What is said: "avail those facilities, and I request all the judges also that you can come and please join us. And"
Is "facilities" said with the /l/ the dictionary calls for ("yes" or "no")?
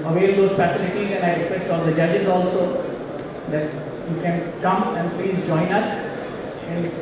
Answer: no